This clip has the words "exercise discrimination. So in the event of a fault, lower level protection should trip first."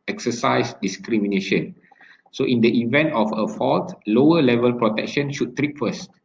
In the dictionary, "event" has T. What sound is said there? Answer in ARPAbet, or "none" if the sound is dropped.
T